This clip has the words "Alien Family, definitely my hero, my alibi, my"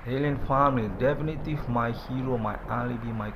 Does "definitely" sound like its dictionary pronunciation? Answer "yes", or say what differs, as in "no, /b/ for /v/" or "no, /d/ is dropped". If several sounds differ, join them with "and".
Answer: no, /l/ is dropped